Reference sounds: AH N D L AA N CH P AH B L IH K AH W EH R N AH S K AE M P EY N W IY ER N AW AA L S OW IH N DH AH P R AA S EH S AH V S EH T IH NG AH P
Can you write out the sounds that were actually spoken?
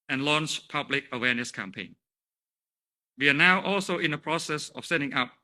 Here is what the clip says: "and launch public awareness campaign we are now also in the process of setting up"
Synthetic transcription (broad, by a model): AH N L AA N CH P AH B L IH K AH W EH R N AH S K AE M P EY N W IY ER N AW AA L S OW IH N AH P R AA S EH S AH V S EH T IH NG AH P